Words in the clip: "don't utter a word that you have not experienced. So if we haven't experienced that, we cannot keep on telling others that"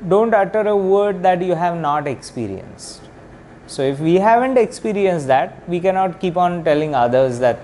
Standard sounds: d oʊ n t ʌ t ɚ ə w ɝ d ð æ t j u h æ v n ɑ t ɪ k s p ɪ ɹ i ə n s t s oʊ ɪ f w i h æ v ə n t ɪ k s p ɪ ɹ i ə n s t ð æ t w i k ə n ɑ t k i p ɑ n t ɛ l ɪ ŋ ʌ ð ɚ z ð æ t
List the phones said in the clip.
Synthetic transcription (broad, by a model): d oʊ n t ʌ t ɚ ə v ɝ d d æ t j u h æ v n ɑ t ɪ k s p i ɹ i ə n s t s oʊ ɪ f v i h æ v ə n t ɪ k s p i ɹ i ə n s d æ t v i k ə n ɑ t k i p ɑ n t ɛ l ɪ ŋ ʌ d ɚ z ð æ t